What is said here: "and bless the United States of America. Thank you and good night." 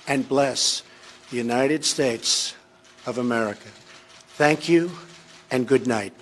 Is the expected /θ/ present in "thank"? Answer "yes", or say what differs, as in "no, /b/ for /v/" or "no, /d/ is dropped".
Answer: yes